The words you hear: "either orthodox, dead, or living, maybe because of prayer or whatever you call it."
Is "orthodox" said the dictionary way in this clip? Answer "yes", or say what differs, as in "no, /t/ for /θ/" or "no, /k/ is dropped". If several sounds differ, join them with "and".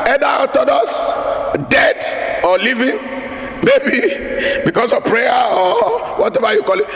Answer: no, /k/ is dropped